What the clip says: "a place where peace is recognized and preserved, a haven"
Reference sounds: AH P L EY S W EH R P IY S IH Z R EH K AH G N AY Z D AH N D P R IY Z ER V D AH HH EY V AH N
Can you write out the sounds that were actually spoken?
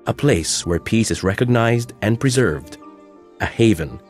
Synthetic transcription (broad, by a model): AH P L EY S W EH R P IY S IH Z R EH K AH G N AY Z D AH N P R IY Z ER V D AH HH EY V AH N